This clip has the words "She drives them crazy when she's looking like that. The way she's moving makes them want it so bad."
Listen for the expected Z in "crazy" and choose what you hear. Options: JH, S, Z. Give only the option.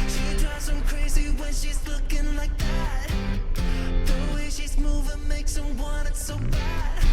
Z